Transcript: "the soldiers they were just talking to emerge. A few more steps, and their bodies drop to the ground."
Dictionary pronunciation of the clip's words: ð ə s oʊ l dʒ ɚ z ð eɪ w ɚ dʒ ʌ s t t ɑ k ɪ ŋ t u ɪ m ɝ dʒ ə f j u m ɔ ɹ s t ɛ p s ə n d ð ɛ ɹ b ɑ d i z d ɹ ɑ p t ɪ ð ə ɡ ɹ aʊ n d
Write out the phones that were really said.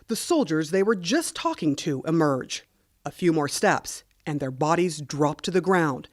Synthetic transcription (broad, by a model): ð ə s oʊ l dʒ ɚ z ð eɪ w ɚ dʒ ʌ s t t ɑ k ɪ ŋ t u ɪ m ɝ dʒ ə f j u m ɔ ɹ s t ɛ p s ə n ð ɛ ɹ b ɑ d i z d ɹ ɑ p t ɪ ð ə ɡ ɹ aʊ n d